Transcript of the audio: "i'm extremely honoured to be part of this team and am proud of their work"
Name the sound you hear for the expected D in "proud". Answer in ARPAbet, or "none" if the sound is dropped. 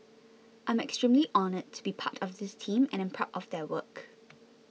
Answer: none